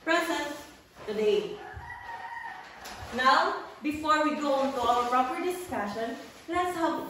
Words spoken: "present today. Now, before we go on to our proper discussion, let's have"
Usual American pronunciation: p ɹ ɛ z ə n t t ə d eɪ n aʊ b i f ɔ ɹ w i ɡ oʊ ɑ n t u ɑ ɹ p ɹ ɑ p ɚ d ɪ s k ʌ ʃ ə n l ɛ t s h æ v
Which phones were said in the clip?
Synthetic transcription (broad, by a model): p ɹ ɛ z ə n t t ə d eɪ n aʊ b i f ɔ ɹ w i ɡ oʊ ɑ n t u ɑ l p ɹ ɑ p ɚ d ɪ s k ʌ ʃ ə n l ɛ t s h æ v